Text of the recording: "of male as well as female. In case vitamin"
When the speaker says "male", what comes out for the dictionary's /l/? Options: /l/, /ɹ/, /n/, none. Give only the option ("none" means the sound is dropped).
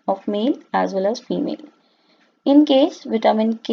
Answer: /l/